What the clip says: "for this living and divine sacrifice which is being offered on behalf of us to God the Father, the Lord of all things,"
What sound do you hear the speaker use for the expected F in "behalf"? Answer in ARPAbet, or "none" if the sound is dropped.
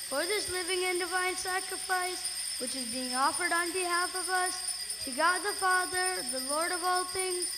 F